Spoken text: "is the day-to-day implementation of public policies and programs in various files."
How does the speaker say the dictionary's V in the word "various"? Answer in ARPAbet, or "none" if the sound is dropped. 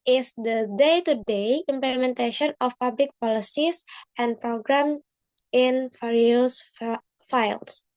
F